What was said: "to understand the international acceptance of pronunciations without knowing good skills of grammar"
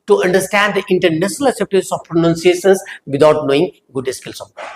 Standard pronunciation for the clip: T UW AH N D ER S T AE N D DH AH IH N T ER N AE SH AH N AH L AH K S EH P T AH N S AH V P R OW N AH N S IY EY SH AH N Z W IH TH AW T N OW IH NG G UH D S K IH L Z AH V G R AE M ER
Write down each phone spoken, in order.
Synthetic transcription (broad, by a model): T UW AH N D ER S T AE N D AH IH N T ER N AE SH AH N AH L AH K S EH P T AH S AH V P R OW N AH N S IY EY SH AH N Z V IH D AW T N OW IH NG G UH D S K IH L S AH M